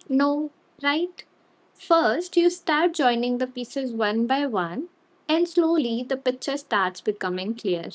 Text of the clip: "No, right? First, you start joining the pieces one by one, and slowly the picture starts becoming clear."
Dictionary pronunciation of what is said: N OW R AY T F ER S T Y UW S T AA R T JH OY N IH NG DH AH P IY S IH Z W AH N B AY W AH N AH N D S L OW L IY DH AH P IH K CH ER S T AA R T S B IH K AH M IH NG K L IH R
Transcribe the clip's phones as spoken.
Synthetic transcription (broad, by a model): N OW R AY T F ER S T Y UW S T AA R T JH OY N IH NG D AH P IY S IH Z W AH N B AY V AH N AH N D S L OW L IY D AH P IH K CH ER S T AA R T S B IH K AH M IH NG K L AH R